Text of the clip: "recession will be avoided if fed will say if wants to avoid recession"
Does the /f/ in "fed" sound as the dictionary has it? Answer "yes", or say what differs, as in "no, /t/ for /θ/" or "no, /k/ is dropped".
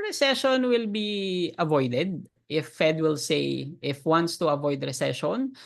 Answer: yes